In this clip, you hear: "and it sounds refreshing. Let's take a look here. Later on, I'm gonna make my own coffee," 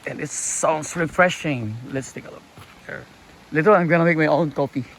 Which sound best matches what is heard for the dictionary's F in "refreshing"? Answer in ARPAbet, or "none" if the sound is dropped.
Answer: F